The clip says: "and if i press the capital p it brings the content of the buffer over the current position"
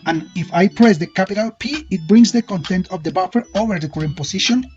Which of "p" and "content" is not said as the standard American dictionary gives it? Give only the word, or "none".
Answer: none